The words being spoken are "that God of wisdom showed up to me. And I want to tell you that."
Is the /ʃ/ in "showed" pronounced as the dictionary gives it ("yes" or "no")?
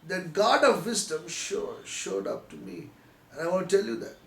yes